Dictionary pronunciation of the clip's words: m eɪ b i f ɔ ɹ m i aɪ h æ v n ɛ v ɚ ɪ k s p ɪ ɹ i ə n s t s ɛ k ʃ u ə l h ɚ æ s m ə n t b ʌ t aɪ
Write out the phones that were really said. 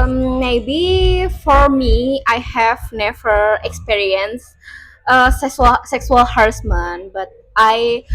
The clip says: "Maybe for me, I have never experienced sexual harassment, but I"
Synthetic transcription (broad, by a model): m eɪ b i f ɔ ɹ m i aɪ h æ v n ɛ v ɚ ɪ k s p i ɹ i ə n s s s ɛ k s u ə l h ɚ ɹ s m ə n b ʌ t aɪ